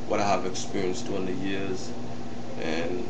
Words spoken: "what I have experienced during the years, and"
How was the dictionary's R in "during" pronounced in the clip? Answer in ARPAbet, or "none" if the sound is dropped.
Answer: none